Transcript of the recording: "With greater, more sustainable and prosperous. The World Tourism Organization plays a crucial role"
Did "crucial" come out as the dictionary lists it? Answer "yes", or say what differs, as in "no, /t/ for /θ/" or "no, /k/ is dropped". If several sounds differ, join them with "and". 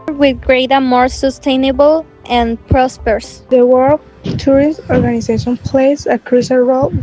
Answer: no, /s/ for /ʃ/